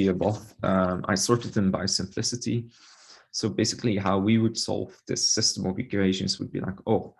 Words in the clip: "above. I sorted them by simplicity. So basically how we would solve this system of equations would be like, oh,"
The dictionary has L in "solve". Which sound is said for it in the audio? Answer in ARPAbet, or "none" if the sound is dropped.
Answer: L